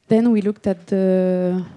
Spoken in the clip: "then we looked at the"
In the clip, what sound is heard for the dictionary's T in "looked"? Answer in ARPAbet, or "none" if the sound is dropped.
T